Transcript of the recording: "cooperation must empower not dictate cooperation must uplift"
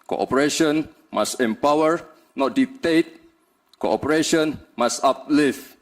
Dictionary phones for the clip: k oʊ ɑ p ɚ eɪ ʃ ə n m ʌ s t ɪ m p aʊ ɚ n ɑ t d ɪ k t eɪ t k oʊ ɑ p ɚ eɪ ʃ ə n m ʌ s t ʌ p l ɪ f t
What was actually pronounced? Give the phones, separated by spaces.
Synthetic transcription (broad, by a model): k oʊ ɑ p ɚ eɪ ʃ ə n m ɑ s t ɪ m p aʊ ɚ n ɑ t d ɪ t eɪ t k oʊ ɑ p ɚ eɪ ʃ ə n m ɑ s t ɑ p l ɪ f